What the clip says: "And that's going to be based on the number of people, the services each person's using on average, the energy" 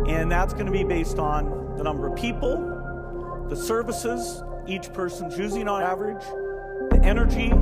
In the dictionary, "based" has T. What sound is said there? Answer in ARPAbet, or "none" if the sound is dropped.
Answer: T